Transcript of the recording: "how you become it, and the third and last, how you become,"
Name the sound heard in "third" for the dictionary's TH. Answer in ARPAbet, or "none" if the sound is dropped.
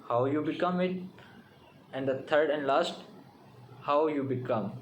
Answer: T